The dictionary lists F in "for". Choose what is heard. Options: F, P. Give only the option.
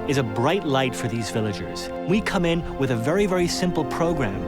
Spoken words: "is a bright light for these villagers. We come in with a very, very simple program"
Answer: F